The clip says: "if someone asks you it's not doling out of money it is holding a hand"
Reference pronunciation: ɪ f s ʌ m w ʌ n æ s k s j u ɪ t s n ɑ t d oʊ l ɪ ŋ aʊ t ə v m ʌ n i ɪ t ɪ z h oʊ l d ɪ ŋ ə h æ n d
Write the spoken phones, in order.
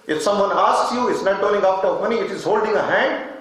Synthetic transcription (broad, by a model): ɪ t s ʌ m w ʌ n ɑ s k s j u ɪ t s n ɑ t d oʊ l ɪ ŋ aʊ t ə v m ʌ n i ɪ t ɪ z h oʊ l d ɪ ŋ ə h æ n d